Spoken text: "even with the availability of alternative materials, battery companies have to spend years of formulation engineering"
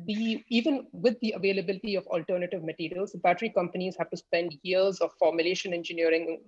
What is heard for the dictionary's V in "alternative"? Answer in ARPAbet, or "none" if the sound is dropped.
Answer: V